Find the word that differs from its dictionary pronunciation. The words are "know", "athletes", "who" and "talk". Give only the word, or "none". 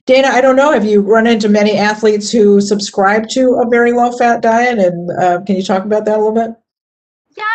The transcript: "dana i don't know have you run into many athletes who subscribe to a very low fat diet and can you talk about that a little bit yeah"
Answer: none